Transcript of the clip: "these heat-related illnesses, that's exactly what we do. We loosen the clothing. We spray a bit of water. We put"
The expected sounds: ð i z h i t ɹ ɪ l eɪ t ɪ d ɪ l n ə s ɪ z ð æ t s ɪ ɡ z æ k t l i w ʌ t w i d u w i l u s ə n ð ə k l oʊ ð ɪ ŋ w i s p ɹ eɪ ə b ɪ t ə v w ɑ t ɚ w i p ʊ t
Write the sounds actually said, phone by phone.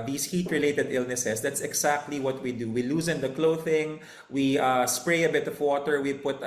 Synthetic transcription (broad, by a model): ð i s h i t ɹ ɪ l eɪ t ɪ d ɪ l n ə s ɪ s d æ t s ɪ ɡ s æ k t l i w ʌ t w i d u w i l u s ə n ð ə k l oʊ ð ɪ ŋ w i s p ɹ eɪ ə b ɪ t ə v w ɑ t ɚ w i p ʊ t